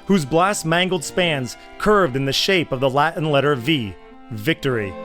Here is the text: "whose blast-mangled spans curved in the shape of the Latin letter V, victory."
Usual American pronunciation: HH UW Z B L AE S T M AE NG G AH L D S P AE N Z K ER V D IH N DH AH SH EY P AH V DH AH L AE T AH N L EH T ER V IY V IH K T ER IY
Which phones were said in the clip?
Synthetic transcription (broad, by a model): HH UW Z B L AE S M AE NG G L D S P AE N Z K ER V D IH N DH AH SH EY P AH V DH AH L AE T N L EH T ER V IY V IH K T ER IY